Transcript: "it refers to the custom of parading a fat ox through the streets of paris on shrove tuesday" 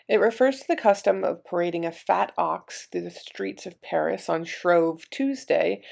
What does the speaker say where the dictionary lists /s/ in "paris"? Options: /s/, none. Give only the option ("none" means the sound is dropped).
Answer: /s/